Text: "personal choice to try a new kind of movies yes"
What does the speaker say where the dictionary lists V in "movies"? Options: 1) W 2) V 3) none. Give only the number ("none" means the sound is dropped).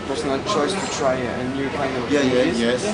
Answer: 3